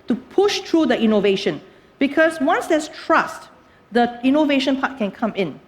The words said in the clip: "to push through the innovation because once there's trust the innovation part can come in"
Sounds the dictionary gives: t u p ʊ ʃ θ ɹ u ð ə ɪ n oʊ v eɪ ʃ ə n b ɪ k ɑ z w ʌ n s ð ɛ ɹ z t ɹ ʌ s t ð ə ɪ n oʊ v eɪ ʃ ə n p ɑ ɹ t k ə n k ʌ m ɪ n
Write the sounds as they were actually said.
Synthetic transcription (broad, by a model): t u p ʊ ʃ t ɹ u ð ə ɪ n oʊ v eɪ ʃ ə n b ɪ k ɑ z w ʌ n s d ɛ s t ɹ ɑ s t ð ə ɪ n oʊ v eɪ ʃ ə n p ɑ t k ə n k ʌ m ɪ n